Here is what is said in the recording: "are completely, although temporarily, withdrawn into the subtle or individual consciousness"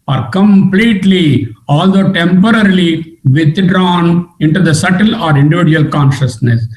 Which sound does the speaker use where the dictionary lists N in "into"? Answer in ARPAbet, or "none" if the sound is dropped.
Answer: N